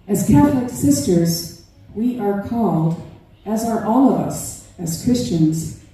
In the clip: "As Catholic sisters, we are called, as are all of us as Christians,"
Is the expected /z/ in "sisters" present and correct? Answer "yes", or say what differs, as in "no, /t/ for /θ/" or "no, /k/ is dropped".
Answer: yes